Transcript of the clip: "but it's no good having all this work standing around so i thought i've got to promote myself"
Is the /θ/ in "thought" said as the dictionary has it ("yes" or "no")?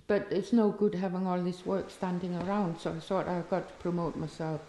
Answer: yes